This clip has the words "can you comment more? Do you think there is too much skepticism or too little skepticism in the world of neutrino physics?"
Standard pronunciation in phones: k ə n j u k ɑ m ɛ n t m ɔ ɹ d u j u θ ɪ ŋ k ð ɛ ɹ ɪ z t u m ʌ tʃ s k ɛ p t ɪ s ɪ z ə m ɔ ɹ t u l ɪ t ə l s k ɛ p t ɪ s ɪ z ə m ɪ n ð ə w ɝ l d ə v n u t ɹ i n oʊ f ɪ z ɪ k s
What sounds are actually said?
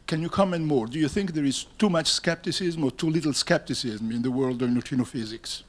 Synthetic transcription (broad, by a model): k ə n j u k ɑ m ɛ n t m ɔ ɹ d u j u θ ɪ ŋ k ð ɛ ɹ ɪ z t u m ʌ tʃ s k ɛ p t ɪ s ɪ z m ɔ ɹ t u l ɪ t l s k ɛ p t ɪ s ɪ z m ɪ n ð ə w ɝ l d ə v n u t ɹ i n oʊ f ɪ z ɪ k s